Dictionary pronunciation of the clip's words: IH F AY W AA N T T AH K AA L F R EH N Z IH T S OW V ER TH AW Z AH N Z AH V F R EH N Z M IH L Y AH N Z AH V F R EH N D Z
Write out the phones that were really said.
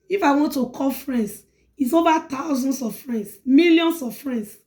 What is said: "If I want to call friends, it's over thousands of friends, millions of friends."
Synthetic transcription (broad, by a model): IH F AY W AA N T T AH K AA L F R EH N S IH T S OW V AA T AW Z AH N S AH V F R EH N S M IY L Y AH N S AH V F R EH N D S